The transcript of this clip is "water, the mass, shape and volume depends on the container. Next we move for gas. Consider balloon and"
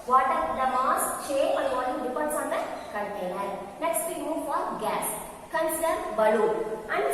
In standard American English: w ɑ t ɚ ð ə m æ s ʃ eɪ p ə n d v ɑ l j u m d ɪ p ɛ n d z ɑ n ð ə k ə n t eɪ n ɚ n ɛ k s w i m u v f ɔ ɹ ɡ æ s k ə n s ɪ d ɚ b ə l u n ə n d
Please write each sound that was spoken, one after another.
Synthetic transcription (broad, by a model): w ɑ t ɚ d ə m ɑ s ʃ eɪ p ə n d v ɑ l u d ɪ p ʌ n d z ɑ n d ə k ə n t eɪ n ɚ n ɛ k s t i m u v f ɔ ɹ ɡ æ s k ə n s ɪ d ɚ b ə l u ə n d